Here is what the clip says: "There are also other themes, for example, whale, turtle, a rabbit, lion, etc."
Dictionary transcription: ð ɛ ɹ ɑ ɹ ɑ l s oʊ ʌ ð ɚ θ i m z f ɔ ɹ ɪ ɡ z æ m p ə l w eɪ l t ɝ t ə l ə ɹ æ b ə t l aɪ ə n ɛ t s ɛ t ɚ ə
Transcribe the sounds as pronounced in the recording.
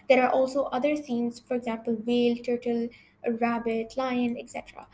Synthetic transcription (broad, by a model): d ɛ ɹ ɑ ɹ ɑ l s oʊ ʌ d ɚ s i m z f ɔ ɹ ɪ ɡ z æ m p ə l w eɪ l t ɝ t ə l ɹ æ b ə t l aɪ ə n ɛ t s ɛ t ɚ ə